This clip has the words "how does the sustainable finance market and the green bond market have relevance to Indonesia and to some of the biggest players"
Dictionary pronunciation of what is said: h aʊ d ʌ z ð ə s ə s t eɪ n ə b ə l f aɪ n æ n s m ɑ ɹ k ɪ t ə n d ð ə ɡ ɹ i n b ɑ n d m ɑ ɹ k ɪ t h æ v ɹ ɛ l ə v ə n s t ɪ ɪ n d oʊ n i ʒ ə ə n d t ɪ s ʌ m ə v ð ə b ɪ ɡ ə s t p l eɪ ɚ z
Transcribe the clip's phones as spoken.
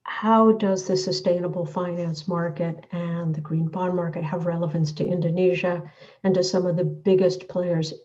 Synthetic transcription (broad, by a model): h aʊ d ʌ z ð ə s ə s t eɪ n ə b l f aɪ n æ n s m ɑ ɹ k ɪ t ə n ð ə ɡ ɹ i n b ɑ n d m ɑ ɹ k ɪ t h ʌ v ɹ ɛ l ə v ə n s t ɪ ɪ n d oʊ n i ʒ ə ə n t ɪ s ʌ m ə v ð ə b ɪ ɡ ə s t p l eɪ ɚ z